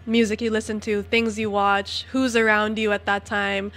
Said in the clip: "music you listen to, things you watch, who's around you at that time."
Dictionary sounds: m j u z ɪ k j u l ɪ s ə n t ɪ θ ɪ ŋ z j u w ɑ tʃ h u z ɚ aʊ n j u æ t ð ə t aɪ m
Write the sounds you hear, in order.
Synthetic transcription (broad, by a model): m j u z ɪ k j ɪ l ɪ s ə n t ɪ θ ɪ ŋ z j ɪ w ɑ tʃ h u z ɚ aʊ n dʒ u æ t ð ə t aɪ m